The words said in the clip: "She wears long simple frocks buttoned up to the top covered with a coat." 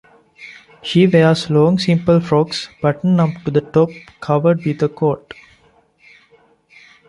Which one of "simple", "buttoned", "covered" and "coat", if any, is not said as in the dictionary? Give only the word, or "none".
buttoned